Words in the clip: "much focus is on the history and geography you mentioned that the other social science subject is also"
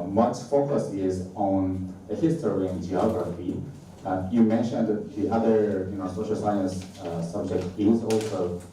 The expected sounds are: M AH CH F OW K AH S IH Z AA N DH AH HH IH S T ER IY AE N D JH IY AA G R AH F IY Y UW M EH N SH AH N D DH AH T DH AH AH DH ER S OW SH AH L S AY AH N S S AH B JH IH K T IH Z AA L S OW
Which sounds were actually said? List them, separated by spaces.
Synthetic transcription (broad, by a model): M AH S F OW K AH S IH Z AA N DH AH HH IH S T ER IY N JH IY AA G R AH F IY Y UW M EH N SH AH N D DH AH T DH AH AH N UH S OW SH AH L S AY AH N S S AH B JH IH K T IH Z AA L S OW